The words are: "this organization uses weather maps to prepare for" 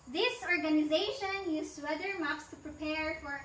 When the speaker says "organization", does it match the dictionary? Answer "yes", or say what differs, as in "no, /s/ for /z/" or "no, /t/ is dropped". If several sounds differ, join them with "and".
yes